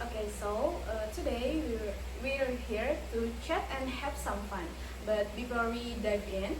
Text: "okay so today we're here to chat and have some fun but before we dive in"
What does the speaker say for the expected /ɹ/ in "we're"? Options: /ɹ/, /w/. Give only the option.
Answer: /w/